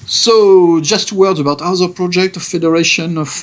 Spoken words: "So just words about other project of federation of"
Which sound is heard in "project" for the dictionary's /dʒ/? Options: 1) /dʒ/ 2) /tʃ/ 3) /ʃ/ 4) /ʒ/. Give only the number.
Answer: 1